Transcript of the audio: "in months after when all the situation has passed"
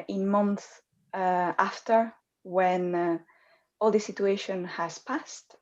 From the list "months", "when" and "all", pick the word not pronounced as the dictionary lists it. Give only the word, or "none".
months